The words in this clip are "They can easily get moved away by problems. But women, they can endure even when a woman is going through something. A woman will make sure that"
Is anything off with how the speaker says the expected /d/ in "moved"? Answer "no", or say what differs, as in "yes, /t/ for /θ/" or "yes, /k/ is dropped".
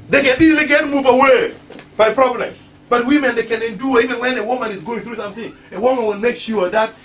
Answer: yes, /d/ is dropped